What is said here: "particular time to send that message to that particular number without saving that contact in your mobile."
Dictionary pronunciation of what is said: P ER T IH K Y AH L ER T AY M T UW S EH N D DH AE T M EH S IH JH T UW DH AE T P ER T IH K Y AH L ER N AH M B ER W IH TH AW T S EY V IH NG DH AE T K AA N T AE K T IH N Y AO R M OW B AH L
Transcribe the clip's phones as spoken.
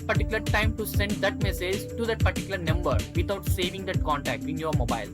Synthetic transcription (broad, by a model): P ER T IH K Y L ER T AY M T UW S EH N D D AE T M EH S IH JH T UW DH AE T P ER T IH K Y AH L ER N AH M B ER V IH T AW T S EY V IH NG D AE T K AA N T AE K T IH N Y AO R M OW B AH L